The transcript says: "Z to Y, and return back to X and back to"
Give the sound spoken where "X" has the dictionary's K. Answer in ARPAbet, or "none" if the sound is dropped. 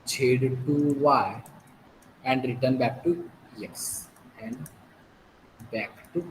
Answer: none